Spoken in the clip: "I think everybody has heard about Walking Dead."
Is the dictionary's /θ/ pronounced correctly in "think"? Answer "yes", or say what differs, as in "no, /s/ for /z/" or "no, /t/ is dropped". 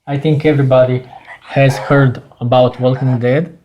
no, /t/ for /θ/